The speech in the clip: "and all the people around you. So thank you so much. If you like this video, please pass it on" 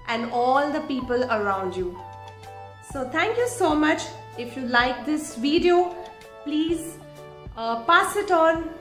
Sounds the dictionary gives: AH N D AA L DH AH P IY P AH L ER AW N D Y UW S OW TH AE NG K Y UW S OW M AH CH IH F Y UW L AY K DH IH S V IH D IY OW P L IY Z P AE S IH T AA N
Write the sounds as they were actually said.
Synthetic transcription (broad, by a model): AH N D AA L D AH P IY P AH L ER AW N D Y UW S OW T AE NG K Y UW S OW M AH CH IH F Y UW L AY K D IH S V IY D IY OW P L IY Z P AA S IH T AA N